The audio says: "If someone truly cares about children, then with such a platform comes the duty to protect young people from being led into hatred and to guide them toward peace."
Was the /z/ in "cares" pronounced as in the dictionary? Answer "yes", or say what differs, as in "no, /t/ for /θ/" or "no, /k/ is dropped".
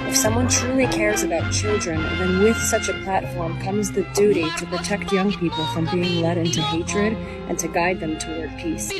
yes